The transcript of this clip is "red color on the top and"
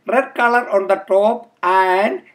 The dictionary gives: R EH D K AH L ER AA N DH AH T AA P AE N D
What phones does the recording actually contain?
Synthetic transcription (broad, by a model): R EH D K AH L ER AA N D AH T AA P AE N D